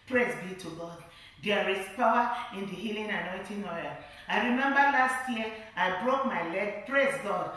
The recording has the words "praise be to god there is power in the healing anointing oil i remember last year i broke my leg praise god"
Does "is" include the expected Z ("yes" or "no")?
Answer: no